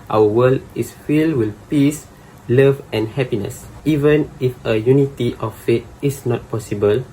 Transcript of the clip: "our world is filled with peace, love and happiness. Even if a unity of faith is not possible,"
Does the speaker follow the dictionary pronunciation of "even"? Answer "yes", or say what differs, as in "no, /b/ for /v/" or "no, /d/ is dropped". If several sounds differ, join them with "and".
yes